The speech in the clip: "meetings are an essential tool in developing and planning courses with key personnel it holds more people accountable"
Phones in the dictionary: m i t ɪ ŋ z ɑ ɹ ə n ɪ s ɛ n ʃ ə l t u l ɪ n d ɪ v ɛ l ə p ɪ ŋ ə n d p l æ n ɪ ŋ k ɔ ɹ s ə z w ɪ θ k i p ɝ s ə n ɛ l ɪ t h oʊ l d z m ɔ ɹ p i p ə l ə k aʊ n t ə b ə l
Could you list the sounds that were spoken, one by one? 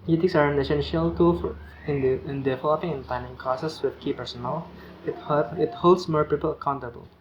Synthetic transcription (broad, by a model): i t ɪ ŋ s ɑ ɹ ə n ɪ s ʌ n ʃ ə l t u n ɪ n d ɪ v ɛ l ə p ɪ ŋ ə n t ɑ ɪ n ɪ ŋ k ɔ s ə s w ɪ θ k i p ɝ s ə n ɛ l ɪ t h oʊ l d s m ɔ ɹ p i p ə l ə k aʊ n t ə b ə l